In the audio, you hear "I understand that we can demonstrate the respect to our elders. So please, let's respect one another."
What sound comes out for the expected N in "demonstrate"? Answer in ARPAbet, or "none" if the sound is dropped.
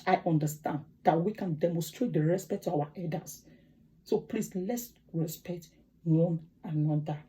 N